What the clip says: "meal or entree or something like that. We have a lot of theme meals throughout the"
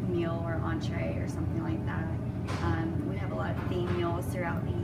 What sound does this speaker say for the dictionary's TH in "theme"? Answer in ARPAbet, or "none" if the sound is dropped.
F